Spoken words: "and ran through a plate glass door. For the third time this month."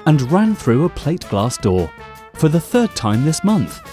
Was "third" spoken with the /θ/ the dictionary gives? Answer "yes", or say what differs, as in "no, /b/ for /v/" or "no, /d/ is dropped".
yes